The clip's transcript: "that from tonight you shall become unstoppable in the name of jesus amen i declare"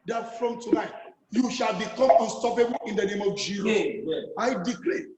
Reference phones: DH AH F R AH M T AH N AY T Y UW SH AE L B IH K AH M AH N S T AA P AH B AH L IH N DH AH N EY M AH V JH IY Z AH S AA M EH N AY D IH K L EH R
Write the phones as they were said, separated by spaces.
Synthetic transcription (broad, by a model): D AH F R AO M T AH N AY T Y UW SH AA L B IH K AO M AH N S T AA P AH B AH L IH N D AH N EY M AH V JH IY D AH AA IH D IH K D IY